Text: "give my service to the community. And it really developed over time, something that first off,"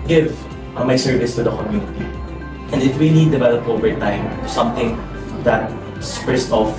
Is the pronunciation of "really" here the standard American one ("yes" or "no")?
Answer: no